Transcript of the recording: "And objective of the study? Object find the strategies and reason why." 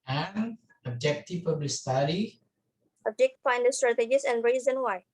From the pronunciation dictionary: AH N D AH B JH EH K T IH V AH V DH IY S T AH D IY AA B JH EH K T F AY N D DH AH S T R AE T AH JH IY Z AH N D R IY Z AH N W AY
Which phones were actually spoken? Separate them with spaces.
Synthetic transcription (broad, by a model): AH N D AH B JH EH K T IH P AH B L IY S T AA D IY AA B JH EH K T F AY N D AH S T R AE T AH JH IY S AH N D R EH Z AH N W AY